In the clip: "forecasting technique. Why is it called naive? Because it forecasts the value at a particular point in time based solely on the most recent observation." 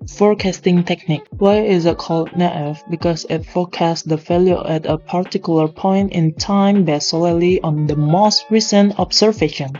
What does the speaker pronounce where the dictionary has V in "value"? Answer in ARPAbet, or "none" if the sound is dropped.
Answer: F